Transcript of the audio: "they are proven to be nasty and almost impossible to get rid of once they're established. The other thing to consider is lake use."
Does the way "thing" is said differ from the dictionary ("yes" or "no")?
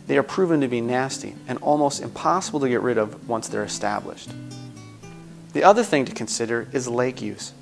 no